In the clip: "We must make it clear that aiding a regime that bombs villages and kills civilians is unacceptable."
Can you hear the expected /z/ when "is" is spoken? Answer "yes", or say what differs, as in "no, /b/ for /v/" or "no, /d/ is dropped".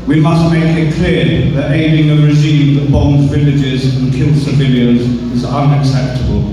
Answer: yes